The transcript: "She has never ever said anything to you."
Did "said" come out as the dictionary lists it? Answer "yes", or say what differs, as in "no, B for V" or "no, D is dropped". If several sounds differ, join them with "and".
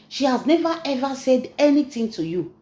yes